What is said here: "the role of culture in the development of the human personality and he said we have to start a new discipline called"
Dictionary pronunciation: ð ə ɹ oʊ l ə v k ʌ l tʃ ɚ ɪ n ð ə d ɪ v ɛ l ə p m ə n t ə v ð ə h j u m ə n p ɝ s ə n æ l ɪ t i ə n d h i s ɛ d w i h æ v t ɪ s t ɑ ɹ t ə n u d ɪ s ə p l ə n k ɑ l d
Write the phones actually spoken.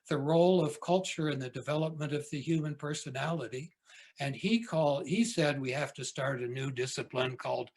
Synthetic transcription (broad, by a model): ð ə ɹ oʊ l ə v k ʌ l tʃ ɚ ɪ n ð ə d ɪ v ɛ l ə p m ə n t ə v ð ə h j u m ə n p ɝ s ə n æ l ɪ t i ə n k h i s ɛ d w i h æ f t ɪ s t ɑ ɹ t ə n u d ɪ s ə p l ə n k ɑ l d